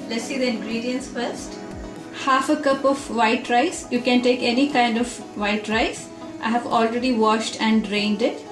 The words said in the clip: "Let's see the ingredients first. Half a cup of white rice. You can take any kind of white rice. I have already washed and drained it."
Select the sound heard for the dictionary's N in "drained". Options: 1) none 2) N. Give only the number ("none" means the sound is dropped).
2